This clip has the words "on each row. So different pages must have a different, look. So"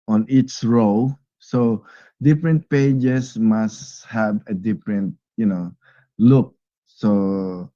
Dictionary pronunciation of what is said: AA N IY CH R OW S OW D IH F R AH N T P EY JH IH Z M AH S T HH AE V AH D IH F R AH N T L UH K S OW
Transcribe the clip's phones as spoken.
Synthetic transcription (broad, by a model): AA N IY S R OW S OW D IH F R AH N T P EY JH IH S M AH S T HH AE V AH D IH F R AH N T L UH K S OW